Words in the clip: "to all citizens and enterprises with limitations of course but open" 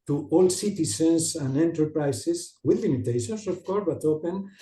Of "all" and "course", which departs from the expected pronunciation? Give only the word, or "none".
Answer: course